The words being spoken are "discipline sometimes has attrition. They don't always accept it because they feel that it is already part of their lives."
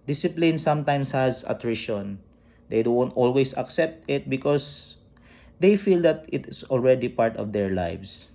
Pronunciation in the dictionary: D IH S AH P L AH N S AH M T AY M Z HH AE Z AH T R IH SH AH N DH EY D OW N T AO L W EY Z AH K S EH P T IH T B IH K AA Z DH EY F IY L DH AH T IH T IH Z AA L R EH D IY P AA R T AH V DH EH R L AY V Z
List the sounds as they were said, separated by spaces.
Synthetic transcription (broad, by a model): D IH S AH P L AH N S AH M T AY M S HH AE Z AH T R IH SH AH N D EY D OW N T AO L W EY S AH K S EH P T IH T B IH K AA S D EY F IY L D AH T IH T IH S AA L R EH D IY P AA R T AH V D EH R L AY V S